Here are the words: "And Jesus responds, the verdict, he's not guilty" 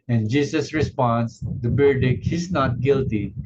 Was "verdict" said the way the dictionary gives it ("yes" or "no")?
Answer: no